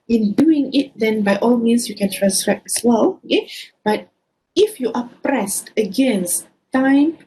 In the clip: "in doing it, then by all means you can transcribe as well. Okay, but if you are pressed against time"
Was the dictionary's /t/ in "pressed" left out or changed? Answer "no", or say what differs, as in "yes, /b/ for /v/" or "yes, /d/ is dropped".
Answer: no